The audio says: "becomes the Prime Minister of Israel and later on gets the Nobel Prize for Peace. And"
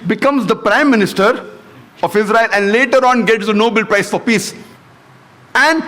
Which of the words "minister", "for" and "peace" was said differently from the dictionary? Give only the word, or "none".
none